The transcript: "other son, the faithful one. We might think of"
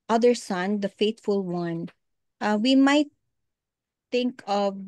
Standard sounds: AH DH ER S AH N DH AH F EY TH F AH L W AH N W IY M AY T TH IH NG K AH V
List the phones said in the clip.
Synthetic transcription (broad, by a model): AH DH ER S AH N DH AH F EY T F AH L W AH N W IY M AY T TH IH NG K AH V